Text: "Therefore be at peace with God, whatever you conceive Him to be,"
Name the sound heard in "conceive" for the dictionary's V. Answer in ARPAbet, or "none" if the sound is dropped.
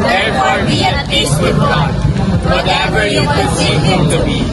none